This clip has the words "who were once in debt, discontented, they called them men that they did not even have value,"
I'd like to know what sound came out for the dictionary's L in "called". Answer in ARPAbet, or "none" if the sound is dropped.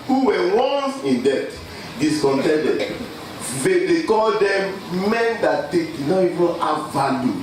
L